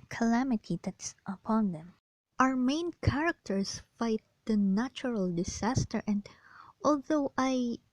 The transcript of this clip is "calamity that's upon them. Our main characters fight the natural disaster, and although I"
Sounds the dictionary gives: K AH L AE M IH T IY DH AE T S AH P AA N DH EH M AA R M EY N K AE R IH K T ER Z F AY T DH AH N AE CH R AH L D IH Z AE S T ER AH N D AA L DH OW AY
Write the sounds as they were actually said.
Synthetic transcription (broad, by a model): K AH L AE M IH T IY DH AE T S AH P AA N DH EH M AA R M EY N K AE R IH K T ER S F AY T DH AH N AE CH R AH L D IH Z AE S T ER AH N D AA L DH OW AY